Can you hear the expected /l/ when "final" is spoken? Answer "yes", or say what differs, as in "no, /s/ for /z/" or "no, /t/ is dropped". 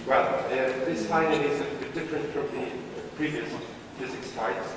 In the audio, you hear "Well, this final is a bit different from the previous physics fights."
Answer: no, /n/ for /l/